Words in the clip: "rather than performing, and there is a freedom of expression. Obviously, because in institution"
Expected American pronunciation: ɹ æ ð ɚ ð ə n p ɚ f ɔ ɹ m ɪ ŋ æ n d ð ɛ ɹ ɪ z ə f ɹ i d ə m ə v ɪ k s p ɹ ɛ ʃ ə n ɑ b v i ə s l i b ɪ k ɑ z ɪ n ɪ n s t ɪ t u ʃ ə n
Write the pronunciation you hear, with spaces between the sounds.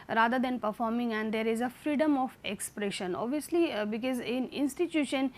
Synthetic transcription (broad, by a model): ɹ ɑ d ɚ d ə n p ɚ f ɔ ɹ m ɪ ŋ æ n d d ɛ ɹ ɪ z ə f ɹ i d ə m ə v ɪ k s p ɹ ɛ ʃ ə n ɑ b v i ə s l i b ɪ k ɑ z ɪ n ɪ n s t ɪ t u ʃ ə n